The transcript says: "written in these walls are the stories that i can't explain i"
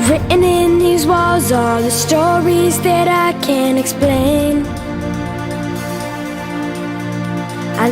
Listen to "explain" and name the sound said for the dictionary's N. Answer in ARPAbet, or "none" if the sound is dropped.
N